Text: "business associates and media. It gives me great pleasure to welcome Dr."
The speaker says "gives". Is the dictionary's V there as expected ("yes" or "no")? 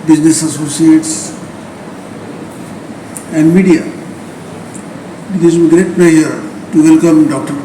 no